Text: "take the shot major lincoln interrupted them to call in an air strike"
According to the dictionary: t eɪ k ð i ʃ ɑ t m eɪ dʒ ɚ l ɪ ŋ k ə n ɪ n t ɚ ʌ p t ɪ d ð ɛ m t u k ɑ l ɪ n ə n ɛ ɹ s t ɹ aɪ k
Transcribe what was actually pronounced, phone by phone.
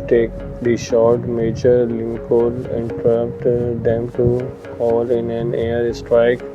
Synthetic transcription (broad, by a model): t eɪ k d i ʃ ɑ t m eɪ dʒ ɚ l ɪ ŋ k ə l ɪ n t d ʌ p t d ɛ m t u k ɑ l ɪ n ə n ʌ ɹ s t ɹ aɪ k